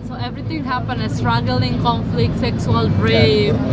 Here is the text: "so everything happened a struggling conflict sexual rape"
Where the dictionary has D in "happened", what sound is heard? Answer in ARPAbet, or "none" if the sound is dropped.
none